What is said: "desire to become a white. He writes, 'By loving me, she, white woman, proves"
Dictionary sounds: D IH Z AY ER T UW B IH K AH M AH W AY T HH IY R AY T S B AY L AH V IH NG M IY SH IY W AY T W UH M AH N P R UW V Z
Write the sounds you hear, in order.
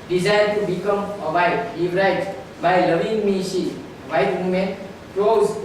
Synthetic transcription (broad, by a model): D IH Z AY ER T UW B IH K AH M AH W AY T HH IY R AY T B AY L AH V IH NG M IY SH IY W AY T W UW M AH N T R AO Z